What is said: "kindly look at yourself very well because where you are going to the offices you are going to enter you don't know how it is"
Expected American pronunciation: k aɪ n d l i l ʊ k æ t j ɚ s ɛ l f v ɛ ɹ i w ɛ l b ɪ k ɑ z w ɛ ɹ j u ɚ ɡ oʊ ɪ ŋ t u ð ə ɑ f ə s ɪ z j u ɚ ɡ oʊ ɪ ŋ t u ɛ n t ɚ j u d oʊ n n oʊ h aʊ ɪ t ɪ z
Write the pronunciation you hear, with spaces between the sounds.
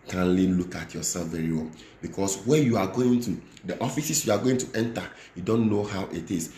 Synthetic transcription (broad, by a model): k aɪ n l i l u k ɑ t j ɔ s ɛ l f v ɛ ɹ i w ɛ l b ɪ k ɑ s w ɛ j u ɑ ɡ oʊ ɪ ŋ t u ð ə ɑ f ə s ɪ s j u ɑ ɡ oʊ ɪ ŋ t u ɛ n t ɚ j u d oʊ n n oʊ h aʊ ɪ t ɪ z